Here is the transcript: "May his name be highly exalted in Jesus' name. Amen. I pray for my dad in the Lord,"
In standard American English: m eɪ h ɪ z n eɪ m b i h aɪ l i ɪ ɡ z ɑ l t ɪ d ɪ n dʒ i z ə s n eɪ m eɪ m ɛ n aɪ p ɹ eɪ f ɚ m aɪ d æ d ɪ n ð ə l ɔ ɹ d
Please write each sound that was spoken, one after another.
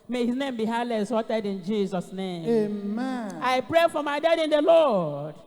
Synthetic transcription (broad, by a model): m eɪ h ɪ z n eɪ m b i h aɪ l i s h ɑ t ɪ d ɪ n dʒ i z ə s n eɪ m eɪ m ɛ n aɪ p ɹ eɪ f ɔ m aɪ d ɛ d ɪ n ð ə l ɔ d